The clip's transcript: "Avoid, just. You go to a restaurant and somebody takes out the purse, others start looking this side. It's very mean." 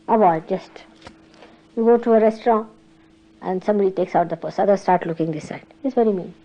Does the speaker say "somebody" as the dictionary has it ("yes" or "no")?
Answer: yes